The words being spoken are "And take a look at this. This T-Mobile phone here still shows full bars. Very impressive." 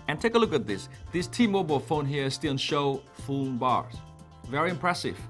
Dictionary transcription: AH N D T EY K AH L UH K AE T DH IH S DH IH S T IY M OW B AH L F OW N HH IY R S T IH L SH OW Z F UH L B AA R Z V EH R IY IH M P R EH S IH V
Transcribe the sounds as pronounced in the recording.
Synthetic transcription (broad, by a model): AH N T EY K AH L UH K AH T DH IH S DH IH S T IY M OW B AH L F OW N HH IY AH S T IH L SH OW F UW N B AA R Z V EH R IY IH M P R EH S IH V